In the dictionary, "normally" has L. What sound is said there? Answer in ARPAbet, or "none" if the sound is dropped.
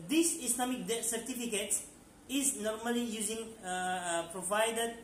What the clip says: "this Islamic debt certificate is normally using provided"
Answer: L